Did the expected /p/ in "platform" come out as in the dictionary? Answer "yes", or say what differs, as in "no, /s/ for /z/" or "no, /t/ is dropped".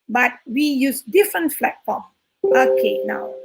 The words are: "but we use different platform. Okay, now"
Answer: no, /f/ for /p/